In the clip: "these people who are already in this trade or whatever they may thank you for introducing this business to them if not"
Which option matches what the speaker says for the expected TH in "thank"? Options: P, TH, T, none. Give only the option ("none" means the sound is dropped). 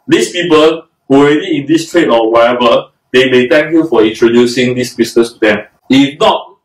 T